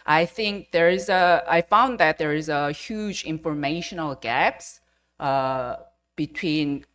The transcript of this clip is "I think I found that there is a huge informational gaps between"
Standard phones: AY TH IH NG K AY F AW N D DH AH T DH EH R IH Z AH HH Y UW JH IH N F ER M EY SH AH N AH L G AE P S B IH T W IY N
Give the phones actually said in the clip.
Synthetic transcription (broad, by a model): AY TH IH NG K AY F AW N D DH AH T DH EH R IH Z AH HH Y UW JH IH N F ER M EY SH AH N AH L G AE P S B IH T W IY N